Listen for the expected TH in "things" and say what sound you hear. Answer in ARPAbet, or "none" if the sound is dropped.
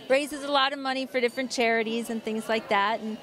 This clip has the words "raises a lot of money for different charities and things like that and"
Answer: TH